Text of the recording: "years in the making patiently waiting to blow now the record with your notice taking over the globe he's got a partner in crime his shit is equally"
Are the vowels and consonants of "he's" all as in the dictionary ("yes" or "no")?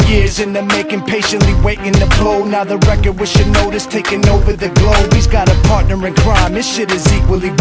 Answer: yes